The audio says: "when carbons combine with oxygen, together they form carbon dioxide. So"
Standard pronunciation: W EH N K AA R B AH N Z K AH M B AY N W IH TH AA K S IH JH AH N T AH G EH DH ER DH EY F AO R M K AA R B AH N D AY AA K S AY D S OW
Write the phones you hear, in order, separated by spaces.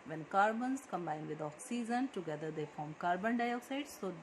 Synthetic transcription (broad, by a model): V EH N K AA R B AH N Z K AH M B AY N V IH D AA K S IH Z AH N T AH G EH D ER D EY F AO R M K AA R B AH N D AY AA K S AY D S OW